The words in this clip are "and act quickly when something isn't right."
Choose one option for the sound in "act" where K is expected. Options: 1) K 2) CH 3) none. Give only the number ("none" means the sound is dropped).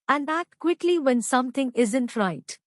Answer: 3